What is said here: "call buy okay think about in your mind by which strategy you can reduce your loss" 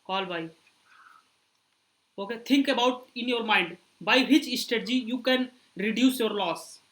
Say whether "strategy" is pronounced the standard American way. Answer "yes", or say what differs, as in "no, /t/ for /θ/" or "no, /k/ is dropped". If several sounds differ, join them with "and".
no, /ɹ/ is dropped